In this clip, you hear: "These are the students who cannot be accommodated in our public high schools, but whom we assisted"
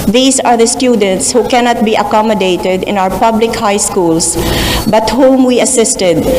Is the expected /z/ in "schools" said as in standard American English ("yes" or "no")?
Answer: no